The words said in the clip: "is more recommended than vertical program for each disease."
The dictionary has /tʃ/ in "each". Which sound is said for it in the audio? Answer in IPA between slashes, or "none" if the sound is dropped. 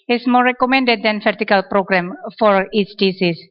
/s/